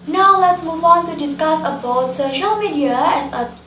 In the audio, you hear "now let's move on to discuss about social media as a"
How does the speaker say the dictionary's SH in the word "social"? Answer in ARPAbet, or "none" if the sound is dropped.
SH